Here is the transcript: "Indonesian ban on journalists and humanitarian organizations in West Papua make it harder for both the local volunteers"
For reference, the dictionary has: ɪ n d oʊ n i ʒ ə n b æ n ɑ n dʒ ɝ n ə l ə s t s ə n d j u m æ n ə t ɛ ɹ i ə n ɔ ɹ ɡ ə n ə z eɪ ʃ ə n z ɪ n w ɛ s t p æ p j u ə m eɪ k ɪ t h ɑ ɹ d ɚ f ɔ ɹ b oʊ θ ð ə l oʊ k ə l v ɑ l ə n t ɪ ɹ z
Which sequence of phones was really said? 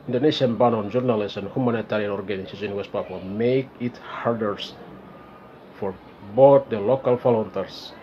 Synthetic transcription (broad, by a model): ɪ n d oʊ n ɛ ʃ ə n b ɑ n ɑ n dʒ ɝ n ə l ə s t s ə n d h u m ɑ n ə t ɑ ɹ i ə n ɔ ɹ ɡ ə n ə s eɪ s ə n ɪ n w ɛ s t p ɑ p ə m eɪ k ɪ t h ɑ ɹ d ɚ f ɔ ɹ b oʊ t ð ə l oʊ k ə l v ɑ l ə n t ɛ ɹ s